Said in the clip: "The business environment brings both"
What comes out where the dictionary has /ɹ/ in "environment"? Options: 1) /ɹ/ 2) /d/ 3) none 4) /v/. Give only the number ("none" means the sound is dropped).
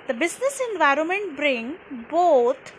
1